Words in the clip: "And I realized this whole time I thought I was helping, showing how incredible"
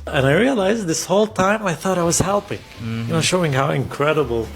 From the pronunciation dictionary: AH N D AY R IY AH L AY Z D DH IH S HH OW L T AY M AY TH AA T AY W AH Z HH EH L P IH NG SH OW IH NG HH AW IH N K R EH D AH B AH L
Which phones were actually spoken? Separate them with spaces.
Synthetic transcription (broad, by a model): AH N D AY R IY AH L AY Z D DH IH S HH OW L T AY M AY TH AA T AY W AH Z HH EH L P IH NG SH OW IH NG HH AW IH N K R EH D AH B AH L